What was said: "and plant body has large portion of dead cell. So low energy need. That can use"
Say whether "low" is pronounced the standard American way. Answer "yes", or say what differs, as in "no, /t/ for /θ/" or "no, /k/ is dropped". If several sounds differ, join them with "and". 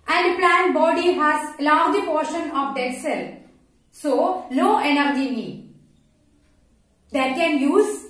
no, /n/ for /l/